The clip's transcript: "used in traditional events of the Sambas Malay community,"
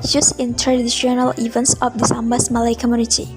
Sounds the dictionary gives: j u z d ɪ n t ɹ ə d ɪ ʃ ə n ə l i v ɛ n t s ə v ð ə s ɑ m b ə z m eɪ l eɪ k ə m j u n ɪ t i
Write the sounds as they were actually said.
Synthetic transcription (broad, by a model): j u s ɪ n t ɹ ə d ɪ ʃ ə n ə l i v ɛ n t s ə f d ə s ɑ m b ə s m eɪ l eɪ k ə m j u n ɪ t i